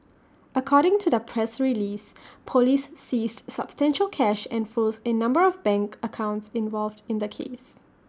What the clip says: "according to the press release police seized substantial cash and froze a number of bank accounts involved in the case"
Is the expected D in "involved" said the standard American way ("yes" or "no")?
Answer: yes